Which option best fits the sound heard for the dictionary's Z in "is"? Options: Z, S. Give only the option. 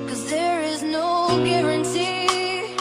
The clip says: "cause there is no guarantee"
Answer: Z